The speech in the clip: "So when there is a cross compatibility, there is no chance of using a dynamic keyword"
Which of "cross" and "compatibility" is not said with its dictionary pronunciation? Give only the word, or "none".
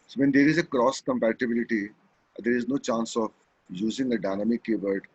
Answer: none